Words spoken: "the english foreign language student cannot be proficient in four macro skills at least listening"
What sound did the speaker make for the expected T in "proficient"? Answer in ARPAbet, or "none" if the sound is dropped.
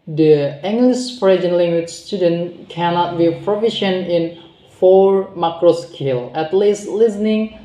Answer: none